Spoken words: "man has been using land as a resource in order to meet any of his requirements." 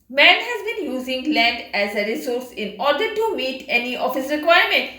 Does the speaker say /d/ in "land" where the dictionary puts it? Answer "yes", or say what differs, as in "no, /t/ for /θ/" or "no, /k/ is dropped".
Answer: yes